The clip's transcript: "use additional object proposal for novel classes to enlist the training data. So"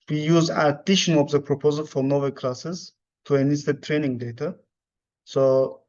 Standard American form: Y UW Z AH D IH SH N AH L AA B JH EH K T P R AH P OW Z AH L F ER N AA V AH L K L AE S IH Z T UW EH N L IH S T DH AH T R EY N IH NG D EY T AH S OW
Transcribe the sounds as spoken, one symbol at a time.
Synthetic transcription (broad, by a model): Y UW Z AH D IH SH AH N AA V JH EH P R AH P OW Z AH L F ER N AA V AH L K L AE S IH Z T UW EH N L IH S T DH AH T R EY N IH NG D EY T AH S OW